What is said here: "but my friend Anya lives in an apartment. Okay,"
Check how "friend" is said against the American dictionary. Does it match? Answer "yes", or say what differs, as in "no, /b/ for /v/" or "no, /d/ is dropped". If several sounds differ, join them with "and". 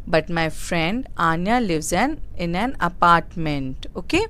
yes